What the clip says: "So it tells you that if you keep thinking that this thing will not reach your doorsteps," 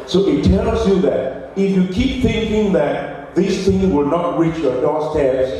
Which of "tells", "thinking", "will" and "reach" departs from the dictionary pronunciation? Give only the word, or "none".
none